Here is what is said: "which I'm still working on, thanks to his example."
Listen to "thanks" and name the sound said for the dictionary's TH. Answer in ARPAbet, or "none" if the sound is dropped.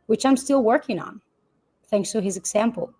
TH